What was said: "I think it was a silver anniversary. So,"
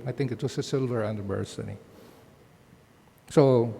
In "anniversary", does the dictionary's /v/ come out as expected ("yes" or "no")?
no